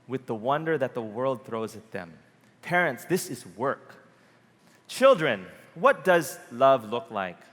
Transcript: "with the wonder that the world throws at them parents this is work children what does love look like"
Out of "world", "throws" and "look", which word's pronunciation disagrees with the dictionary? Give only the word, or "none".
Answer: none